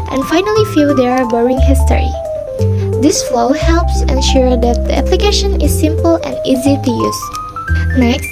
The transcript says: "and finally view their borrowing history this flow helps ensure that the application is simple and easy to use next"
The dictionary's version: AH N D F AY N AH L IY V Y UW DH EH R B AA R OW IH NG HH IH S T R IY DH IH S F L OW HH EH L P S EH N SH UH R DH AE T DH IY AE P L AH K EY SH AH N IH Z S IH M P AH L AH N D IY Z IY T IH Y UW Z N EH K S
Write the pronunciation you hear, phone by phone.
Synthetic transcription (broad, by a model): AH N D F AY N AH L IY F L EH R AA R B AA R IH NG HH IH S T R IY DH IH S F L OW HH EH L P S EH N SH UH R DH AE T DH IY AE P L AH K EY SH AH N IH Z S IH M P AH L AH N D IY Z IY T IH Y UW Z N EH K